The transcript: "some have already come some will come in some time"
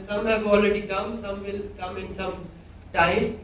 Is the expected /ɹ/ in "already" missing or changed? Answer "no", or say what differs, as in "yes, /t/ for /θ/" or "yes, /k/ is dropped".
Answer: yes, /l/ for /ɹ/